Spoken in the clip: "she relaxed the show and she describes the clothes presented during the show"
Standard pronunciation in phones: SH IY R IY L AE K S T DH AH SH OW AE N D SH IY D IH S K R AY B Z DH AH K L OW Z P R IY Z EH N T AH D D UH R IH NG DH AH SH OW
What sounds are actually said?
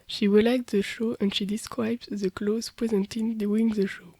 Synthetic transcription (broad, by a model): SH IY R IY L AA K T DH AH SH OW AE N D SH IY D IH S K R AY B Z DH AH K L OW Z P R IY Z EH N T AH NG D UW W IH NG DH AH SH OW